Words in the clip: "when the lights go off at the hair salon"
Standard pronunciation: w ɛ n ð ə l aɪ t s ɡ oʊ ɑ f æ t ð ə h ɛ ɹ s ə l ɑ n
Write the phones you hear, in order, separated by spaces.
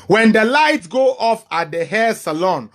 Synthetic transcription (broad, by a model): w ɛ n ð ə l aɪ t ɡ oʊ ɑ f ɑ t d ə h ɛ s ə l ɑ n